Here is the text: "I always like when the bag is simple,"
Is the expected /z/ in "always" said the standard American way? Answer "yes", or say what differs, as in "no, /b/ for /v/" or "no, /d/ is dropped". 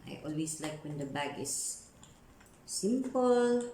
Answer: no, /s/ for /z/